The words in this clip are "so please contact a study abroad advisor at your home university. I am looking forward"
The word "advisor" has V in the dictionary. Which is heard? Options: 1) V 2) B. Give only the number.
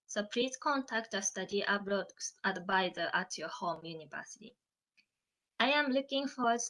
2